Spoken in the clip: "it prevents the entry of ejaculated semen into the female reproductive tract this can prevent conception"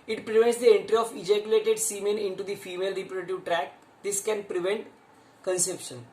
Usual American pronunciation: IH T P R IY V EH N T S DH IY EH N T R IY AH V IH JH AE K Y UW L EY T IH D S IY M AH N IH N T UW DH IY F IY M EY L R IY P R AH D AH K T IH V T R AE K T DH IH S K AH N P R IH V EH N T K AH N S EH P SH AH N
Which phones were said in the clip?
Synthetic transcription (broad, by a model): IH T P R IY V EH N T S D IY EH N T R IY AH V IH JH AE K Y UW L EY T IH D S IY M AH N IH N T UW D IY F IY M EY L R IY P AH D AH T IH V T R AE K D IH S K AH N P R IH V EH N T K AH N S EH P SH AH N